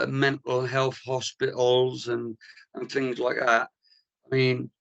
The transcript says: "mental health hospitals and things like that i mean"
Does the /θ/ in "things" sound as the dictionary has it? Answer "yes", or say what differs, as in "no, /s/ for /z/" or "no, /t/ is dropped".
yes